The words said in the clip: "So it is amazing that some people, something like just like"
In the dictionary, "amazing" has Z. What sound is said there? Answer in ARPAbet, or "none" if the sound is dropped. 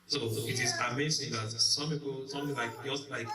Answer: S